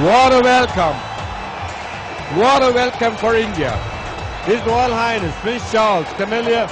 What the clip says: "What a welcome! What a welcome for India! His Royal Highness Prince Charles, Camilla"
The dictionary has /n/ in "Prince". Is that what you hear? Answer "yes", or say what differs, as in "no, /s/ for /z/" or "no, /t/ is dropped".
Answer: no, /n/ is dropped